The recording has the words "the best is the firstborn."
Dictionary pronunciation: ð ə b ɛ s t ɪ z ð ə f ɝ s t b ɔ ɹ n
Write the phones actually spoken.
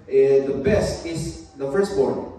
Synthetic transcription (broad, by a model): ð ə b ɛ s t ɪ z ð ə f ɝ s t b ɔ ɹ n